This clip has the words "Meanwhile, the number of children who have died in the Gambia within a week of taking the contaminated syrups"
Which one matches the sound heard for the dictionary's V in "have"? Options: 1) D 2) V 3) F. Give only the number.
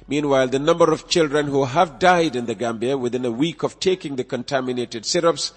2